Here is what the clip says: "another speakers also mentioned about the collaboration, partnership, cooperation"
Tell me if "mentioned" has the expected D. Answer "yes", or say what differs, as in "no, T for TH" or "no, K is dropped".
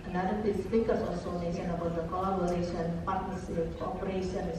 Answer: no, D is dropped